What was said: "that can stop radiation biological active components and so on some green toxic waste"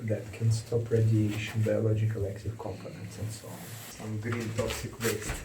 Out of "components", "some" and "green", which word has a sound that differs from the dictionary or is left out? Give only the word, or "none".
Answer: none